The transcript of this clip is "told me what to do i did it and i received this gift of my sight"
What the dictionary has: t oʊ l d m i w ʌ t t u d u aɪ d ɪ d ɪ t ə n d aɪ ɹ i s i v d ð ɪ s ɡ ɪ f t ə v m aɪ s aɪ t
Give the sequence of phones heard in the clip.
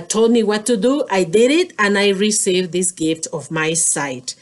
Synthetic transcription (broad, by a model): t oʊ l d m i w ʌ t t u d u aɪ d ɪ d ɪ t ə n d aɪ ɹ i s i v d ð ɪ s ɡ ɪ f t ə v m aɪ s aɪ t